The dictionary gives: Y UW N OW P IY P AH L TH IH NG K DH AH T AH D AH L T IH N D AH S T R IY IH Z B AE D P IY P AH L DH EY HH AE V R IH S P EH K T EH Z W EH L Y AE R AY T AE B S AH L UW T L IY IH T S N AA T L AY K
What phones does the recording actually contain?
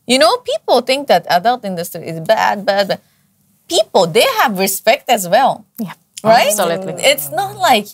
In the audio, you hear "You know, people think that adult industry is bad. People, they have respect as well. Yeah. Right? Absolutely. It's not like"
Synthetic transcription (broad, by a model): Y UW N OW P IY P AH L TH IH NG K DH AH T AH D AH L T IH N D AH S T R IY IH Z B AE D B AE P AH L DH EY HH AE V R IH S P EH K T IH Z W EH L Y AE R AY T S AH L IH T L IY IH T S N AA T L AY K